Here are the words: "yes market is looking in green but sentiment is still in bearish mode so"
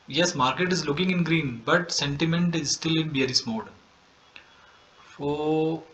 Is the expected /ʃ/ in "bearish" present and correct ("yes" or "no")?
no